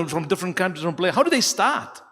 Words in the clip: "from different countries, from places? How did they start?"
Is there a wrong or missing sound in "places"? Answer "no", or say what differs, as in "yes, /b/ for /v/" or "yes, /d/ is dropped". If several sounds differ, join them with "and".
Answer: yes, /s/ is dropped and /z/ is dropped